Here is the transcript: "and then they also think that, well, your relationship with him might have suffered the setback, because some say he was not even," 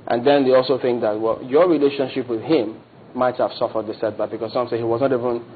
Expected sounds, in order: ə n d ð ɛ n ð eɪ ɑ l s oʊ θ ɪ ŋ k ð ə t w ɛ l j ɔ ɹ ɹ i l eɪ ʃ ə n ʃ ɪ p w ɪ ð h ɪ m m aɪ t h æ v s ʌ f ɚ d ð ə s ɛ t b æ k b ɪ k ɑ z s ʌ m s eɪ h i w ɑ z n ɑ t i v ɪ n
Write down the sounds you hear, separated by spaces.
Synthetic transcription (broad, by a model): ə n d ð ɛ n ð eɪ ɑ l s oʊ θ ɪ ŋ k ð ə t w ɛ l j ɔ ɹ ɹ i l eɪ ʃ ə n ʃ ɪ p w ɪ ð h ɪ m m aɪ t h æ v s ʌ f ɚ d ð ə s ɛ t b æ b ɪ k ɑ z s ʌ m s eɪ h i w ɑ z n ɑ t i v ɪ n